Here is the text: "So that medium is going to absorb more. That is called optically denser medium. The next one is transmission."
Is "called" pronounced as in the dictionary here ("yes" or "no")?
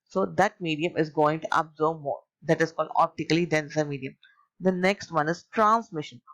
yes